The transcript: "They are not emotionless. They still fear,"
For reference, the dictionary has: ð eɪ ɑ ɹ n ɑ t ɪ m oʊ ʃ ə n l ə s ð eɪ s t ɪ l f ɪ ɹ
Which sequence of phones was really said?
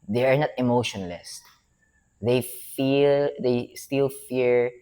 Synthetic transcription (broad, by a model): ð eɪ ɑ ɹ n ɑ t ɪ m oʊ ʃ ə n l ə s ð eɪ s t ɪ l f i ɹ